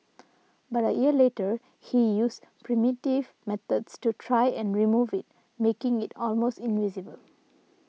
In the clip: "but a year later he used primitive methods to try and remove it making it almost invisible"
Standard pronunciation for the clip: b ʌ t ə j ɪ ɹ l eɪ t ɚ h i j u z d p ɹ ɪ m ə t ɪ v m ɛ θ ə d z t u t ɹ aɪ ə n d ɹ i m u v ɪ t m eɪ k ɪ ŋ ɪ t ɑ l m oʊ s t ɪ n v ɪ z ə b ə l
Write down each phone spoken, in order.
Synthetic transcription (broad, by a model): b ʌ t ə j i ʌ l eɪ t ɚ h i j u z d p ɹ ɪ m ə t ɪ v m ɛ t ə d s t u t ɹ aɪ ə n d ɹ i m u v ɪ t m eɪ k ɪ ŋ ɪ t ɑ l m oʊ s t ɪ n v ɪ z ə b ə l